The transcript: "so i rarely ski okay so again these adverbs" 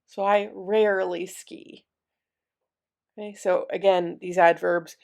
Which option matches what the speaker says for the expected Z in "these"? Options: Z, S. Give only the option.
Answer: Z